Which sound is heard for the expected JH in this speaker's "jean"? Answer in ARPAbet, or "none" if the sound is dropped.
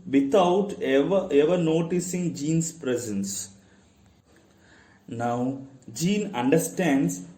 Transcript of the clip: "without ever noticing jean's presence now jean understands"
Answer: JH